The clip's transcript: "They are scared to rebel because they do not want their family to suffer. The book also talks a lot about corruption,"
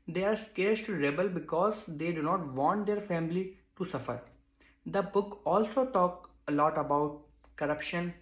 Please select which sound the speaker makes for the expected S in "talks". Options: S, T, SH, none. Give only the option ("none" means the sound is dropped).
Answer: none